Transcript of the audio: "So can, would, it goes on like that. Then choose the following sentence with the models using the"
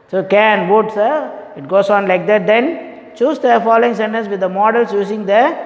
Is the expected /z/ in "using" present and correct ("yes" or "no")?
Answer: no